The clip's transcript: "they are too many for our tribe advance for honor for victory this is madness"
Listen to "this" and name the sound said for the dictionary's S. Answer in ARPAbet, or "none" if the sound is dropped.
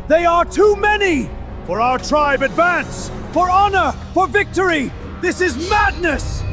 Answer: S